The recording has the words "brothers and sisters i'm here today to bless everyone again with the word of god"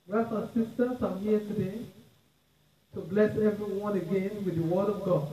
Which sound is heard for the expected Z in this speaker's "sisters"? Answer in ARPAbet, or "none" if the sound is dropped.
S